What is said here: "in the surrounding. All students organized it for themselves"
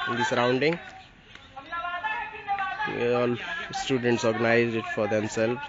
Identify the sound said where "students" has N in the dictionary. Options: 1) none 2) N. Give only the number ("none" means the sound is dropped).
2